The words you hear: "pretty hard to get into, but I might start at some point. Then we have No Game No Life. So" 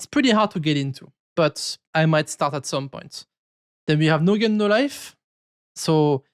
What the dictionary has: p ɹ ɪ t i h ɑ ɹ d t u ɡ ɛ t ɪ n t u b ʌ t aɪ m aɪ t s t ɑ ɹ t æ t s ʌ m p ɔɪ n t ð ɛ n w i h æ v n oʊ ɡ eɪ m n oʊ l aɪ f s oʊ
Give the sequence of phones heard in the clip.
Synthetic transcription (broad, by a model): p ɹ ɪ t i h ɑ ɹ d t u ɡ ɛ t ɪ n t u b ʌ t aɪ m aɪ t s t ɑ ɹ t æ t s ʌ m p ɔɪ n t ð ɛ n w i h æ v n oʊ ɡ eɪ n oʊ l aɪ f s oʊ